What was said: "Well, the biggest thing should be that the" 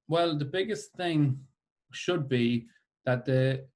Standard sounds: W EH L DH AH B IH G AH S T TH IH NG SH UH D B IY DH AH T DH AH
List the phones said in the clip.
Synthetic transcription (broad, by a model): W EH L DH AH B IH G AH S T TH IH NG SH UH D B IY DH AH T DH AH